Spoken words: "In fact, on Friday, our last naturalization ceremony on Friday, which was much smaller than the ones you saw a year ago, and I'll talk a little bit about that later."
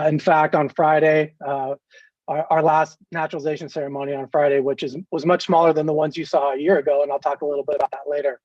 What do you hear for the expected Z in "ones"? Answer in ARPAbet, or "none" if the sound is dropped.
Z